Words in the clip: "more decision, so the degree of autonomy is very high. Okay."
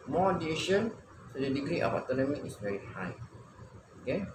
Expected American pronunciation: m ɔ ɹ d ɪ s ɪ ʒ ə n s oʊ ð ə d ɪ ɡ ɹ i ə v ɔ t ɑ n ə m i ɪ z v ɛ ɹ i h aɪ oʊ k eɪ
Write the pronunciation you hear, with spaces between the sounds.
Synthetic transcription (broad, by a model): m ɔ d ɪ i ʃ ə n s oʊ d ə d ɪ ɡ ɹ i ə f ɔ t ɑ n ə m i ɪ s v ɛ ɹ i h aɪ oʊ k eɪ